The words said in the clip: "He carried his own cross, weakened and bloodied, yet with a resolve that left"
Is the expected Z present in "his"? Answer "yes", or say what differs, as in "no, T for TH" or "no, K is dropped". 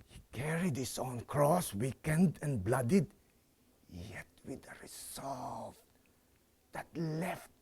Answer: no, S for Z